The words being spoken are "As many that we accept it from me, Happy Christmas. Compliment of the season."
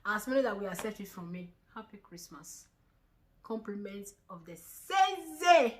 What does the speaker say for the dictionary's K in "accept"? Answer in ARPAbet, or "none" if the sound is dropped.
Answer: none